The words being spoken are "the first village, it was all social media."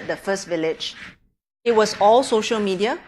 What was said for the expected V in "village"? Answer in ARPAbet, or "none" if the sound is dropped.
V